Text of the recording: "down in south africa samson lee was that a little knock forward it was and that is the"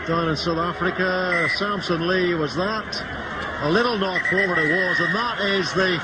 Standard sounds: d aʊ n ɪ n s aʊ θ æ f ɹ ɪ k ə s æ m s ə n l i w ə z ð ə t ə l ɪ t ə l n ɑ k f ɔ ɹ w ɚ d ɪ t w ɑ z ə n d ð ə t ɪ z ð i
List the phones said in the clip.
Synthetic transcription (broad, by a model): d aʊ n ɪ n s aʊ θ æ f ɹ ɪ k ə s æ m s ə n l i w ə z ð ə t ə l ɪ t l n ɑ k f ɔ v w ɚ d ɪ t w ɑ z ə n ð ə t ɪ z ð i